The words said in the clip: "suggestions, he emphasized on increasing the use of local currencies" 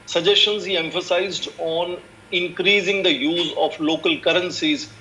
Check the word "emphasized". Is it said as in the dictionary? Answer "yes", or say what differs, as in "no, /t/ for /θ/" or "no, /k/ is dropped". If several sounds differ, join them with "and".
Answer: yes